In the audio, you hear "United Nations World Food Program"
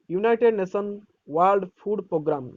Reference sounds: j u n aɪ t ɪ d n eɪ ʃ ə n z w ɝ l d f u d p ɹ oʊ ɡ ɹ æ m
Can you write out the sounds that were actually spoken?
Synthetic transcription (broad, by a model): j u n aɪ t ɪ d n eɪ s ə n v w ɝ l d p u d p ɹ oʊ ɡ ɹ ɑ m